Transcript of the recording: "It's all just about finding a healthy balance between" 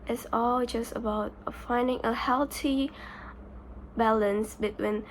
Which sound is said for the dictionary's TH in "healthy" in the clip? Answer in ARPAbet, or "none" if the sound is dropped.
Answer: T